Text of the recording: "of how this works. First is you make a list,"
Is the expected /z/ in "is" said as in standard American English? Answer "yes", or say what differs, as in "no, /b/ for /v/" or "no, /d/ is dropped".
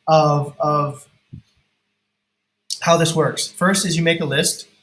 yes